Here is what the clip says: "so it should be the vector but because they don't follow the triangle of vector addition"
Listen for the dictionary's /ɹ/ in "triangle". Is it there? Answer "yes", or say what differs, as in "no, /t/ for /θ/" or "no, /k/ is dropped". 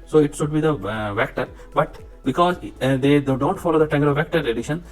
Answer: no, /ɹ/ is dropped